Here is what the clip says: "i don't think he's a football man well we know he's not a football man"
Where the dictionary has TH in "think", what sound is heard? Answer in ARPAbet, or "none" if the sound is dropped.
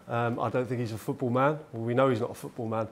TH